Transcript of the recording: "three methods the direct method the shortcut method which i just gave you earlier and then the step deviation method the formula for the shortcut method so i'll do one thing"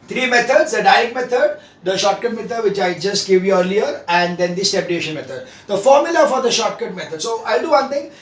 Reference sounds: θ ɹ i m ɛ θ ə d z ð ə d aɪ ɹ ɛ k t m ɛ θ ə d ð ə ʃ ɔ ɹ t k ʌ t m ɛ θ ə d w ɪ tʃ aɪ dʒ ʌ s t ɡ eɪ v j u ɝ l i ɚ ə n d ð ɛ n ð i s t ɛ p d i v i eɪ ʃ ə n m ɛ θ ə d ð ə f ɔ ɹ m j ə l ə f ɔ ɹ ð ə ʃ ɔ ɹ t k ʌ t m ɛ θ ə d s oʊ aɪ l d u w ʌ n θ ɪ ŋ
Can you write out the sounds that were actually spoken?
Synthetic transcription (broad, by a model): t ɹ i m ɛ t ə d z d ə d aɪ ɛ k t m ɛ t ə d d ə ʃ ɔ t k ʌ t m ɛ t ə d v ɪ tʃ aɪ dʒ ʌ s t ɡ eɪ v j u ɝ l i ɚ ə n d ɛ n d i s t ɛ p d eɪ ʃ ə n m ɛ t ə d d ə f ɔ ɹ m j ə l ə f ɔ ɹ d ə ʃ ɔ t k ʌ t m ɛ t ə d s oʊ aɪ l d u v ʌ n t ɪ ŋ